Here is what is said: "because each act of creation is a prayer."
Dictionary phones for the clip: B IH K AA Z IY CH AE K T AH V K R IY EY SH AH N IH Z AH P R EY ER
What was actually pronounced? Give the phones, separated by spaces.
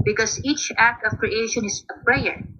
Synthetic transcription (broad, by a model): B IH K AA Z IY CH AE K T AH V K R IY EY SH AH N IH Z AH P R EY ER